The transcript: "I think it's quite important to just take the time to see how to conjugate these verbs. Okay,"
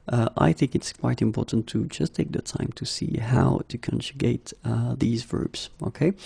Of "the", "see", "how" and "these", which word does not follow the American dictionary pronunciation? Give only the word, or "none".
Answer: none